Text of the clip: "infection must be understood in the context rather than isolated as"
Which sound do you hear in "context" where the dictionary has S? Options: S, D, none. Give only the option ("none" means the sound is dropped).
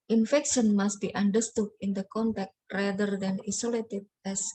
none